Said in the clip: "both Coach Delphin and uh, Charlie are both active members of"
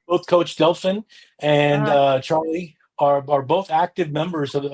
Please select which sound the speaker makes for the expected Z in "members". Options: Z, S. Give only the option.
Z